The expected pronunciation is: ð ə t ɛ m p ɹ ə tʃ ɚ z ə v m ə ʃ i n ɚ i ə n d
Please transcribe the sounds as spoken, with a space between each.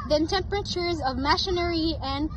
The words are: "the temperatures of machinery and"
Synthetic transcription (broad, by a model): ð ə t ɛ m p ɹ ə tʃ ɚ z ə v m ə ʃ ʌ n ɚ i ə n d